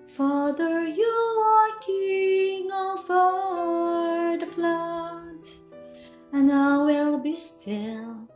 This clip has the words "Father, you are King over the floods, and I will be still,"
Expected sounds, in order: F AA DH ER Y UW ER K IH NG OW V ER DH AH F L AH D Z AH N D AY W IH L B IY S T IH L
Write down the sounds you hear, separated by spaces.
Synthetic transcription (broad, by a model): F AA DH ER Y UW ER K IH NG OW F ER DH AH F L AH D AH N AY W IH L B IY S T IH L